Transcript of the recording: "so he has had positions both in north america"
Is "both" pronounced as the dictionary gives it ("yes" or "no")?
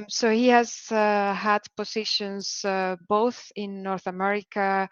yes